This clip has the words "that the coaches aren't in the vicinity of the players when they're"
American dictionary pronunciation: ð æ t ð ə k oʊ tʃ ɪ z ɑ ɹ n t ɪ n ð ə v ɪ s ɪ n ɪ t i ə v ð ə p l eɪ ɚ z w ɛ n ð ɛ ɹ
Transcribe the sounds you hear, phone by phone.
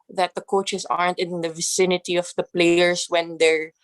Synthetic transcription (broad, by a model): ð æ t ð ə k oʊ tʃ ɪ s ɑ ɹ n t ɪ n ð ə v ɪ s ɪ n ɪ t i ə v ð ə p l eɪ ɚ s w ɛ n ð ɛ ɹ